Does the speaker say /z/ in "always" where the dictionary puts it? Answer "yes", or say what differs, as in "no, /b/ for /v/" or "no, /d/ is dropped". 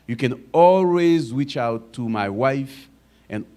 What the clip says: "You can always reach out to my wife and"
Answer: yes